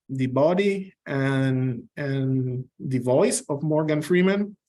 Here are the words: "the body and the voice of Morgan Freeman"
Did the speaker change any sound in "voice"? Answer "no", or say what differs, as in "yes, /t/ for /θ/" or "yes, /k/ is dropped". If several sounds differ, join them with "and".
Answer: no